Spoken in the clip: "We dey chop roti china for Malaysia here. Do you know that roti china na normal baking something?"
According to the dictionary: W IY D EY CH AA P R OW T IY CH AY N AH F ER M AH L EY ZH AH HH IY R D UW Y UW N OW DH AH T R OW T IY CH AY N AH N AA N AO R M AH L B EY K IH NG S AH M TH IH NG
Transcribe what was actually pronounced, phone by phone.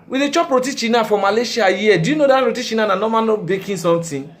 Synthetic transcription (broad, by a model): W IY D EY CH AA P R OW T IY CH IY N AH F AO M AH L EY SH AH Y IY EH D UW Y UW N OW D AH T R OW T IY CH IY N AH N AA N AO M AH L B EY K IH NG S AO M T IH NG